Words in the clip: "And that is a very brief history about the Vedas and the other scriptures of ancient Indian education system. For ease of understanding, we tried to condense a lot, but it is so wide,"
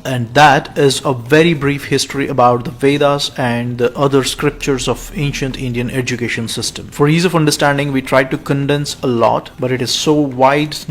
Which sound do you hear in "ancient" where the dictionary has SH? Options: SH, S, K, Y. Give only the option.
SH